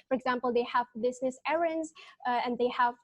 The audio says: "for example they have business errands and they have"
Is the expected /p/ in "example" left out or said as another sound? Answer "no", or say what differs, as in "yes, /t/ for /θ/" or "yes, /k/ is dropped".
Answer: no